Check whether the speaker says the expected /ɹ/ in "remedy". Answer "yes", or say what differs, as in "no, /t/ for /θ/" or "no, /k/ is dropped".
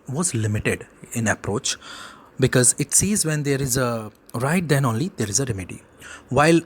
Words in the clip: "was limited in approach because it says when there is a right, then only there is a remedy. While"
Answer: yes